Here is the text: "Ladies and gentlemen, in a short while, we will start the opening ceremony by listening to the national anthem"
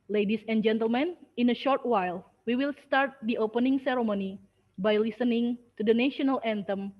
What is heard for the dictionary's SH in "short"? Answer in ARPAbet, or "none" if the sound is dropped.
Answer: SH